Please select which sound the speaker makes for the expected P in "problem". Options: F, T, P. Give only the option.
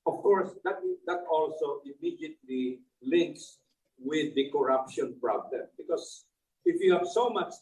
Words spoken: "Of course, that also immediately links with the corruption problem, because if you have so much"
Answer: P